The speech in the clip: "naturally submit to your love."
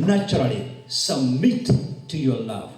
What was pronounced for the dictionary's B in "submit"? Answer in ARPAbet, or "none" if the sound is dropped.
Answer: none